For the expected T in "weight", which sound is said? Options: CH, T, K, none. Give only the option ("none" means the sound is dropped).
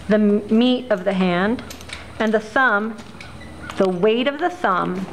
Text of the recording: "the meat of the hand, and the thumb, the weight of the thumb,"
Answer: T